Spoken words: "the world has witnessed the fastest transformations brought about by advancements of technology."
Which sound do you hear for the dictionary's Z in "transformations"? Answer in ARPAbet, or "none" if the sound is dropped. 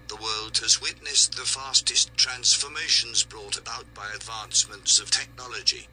Z